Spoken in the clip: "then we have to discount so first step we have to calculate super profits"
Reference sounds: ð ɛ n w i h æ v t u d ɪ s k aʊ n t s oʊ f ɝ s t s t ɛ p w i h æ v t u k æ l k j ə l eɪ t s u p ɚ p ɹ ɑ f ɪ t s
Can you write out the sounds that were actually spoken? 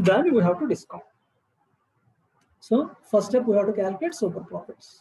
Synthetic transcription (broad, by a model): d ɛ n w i h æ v t u d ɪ s k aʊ t s oʊ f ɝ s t s t ɛ p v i h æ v t u k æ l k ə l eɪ t s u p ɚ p ɹ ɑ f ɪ t s